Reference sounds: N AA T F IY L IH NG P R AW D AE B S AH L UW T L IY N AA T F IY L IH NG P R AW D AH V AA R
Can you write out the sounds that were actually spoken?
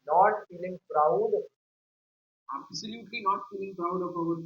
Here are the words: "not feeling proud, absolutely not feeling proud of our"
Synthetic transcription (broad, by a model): N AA T F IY L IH NG P R AW D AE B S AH L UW T L IY N AA T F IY L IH NG P R AW D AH P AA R